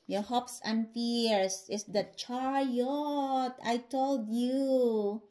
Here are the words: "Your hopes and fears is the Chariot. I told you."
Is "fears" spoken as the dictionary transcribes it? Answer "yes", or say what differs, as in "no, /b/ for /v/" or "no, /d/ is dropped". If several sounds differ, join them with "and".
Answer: no, /s/ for /z/